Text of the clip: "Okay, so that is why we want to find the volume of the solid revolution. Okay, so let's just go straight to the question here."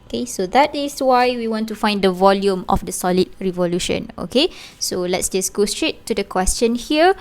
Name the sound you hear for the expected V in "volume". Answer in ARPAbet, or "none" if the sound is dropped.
V